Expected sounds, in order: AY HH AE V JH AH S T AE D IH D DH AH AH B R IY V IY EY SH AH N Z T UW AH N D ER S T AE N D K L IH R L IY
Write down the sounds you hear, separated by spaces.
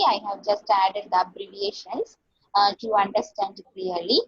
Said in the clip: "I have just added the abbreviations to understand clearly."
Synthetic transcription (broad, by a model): AY HH AE V JH AH S T AE D IH D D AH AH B R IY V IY EY SH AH N S T UW AH N D ER S T AE N D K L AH R L IY